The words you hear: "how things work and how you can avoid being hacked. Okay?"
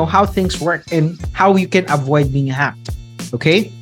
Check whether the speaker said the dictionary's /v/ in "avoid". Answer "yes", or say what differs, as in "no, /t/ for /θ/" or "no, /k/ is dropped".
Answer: yes